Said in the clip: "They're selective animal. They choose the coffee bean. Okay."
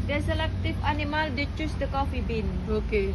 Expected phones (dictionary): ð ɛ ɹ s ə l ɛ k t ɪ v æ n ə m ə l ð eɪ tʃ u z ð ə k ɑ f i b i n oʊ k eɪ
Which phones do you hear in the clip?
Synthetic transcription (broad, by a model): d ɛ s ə l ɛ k t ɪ f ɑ n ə m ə l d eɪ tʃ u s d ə k ɑ f i b i n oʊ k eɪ